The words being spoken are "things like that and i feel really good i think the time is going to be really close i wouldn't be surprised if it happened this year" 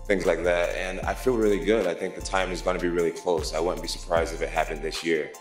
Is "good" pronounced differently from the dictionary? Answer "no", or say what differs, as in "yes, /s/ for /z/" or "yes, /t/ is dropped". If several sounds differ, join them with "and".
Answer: no